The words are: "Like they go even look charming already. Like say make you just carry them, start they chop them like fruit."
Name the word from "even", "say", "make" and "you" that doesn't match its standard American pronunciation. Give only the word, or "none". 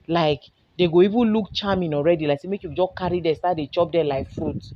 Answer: none